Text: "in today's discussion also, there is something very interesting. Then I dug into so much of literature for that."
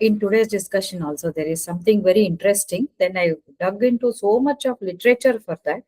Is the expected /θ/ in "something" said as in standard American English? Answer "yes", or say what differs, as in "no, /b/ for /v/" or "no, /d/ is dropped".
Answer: no, /t/ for /θ/